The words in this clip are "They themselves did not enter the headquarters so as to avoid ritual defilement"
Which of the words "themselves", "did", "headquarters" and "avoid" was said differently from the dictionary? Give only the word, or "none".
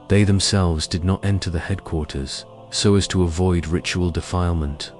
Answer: none